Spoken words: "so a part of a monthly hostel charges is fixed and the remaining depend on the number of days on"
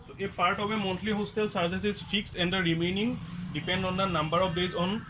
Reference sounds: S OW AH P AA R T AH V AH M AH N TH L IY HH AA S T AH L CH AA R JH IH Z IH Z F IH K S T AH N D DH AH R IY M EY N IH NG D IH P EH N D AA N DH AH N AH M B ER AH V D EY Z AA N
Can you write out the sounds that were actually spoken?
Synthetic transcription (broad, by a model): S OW AH P AA R T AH B AH M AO N T L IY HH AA S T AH L S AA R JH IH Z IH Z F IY K S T AH N D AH R IY M EY N IH NG D IH P EH N D AA N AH N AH M B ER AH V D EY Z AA N